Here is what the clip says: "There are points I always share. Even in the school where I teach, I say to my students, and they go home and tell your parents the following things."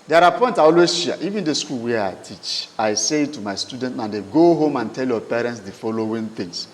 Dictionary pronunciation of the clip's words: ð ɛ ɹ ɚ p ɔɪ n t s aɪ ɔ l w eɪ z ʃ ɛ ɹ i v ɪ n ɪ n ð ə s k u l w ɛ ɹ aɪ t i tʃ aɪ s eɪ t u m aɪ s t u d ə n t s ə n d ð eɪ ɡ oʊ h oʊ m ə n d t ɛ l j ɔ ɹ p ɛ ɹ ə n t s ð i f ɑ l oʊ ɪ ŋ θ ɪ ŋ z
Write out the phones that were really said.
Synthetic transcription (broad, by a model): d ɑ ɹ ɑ p ɔɪ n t aɪ ɔ l w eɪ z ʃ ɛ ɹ i v ɪ n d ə s k u l w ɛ aɪ t i tʃ aɪ s eɪ t u m aɪ s t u d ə n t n ə n d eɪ ɡ oʊ h oʊ m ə n t ɛ l j ɔ p ɛ ɹ ə n t s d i f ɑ l oʊ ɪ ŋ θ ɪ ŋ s